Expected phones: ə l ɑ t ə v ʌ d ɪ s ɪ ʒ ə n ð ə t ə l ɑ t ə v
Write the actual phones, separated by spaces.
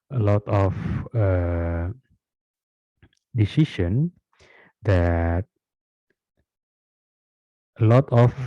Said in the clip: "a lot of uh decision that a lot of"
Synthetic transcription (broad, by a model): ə l ɑ t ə f ʌ d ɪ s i ʃ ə n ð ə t ə l ɑ t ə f